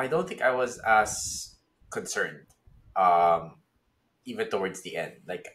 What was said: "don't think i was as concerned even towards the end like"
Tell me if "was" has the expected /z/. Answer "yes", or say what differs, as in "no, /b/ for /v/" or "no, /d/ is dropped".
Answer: yes